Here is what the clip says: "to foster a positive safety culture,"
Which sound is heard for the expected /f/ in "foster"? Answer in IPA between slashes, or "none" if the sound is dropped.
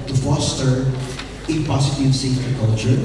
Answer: /f/